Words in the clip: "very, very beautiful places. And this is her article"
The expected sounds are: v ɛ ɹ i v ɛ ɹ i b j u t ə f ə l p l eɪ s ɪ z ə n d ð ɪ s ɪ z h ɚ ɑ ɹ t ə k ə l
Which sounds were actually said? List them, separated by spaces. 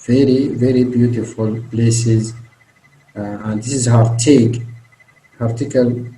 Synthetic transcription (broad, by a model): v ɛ ɹ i v ɛ ɹ i b j u t ə f ə l p l eɪ s ɪ z ə n d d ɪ s ɪ z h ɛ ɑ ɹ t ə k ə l